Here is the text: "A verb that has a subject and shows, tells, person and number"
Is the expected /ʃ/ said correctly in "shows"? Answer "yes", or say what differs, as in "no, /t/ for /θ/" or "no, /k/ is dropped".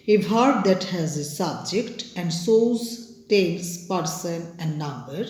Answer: no, /s/ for /ʃ/